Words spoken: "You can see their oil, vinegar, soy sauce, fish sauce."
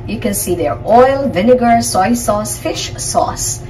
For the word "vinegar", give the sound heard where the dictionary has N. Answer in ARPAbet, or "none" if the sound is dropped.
N